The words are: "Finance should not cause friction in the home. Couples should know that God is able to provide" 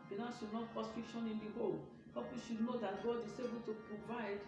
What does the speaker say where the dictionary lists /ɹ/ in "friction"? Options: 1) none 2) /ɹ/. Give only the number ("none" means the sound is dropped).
1